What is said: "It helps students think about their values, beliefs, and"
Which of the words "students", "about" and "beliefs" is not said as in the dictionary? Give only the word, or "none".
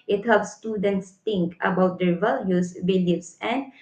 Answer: beliefs